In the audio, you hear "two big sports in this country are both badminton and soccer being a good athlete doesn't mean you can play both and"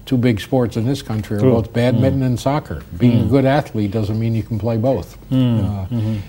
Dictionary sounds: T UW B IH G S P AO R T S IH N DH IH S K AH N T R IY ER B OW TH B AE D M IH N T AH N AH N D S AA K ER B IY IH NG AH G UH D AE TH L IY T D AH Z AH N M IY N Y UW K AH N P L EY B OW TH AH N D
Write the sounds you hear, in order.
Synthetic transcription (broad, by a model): T UW B IH G S P AO R T S IH N DH IH S K AH N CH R IY ER B OW TH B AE D M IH T N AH N S AA K ER B IY IH NG AH G UH D AE TH L IY T D AH Z AH N M IY N Y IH K N P L EY B OW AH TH